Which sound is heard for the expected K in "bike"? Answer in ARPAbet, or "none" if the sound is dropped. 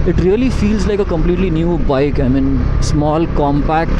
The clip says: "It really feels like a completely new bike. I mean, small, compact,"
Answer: K